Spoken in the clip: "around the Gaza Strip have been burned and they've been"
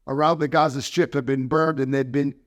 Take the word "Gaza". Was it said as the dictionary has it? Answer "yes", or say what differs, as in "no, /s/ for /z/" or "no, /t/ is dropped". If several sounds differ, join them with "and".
yes